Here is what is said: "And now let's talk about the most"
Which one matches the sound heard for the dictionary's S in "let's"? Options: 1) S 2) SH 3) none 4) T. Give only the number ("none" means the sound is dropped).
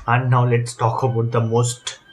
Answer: 1